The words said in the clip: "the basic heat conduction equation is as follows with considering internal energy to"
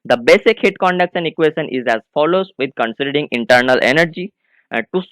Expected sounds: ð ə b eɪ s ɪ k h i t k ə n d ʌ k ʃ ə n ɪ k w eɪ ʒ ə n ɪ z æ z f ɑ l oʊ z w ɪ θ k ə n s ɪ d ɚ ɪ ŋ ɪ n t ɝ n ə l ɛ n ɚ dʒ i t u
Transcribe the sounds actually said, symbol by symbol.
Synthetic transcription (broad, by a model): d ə b eɪ s ɪ k h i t k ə n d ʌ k s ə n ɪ k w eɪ ʃ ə n ɪ z æ z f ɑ l oʊ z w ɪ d k ə n s ɪ d ɚ ɪ ŋ ɪ n t ɝ n ə l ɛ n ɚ dʒ i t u